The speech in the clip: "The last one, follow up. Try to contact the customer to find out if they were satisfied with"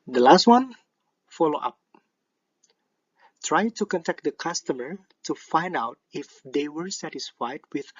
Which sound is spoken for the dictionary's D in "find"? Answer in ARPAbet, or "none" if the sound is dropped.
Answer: D